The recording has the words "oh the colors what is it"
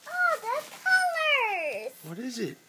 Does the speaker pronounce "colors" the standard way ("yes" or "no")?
no